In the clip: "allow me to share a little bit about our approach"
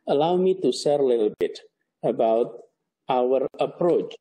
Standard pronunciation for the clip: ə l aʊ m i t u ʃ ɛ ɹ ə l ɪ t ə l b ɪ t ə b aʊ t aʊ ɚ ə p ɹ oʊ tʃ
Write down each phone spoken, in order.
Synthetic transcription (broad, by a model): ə l aʊ m i t u s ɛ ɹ ə l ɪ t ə l b ɪ t ə b aʊ t aʊ ɚ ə p ɹ oʊ tʃ